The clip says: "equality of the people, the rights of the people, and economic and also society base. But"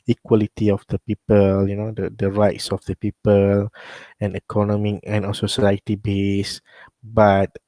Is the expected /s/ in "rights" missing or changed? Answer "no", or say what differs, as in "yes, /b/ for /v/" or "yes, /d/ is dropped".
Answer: no